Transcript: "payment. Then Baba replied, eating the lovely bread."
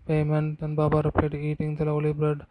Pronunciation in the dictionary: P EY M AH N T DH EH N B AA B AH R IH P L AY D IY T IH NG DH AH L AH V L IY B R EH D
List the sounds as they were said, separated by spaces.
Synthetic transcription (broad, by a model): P EY M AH N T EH N B AA B AH R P EH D IY T IH NG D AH L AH L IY B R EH D